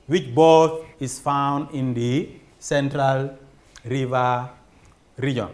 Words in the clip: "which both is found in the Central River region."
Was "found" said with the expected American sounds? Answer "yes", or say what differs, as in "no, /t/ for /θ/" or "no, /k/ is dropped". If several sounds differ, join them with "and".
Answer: yes